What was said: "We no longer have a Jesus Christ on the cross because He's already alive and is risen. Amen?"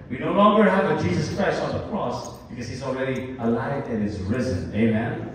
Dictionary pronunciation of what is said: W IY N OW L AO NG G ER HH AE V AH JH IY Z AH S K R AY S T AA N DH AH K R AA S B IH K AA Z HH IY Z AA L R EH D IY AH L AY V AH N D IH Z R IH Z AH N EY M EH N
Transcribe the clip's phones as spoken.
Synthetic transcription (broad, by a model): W IY N OW L AO NG G ER HH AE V AH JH IY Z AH S K R AY S T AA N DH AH K R AA S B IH K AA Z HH IY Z AA L R EH D IY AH L AY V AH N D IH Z R IH Z AH N EY M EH N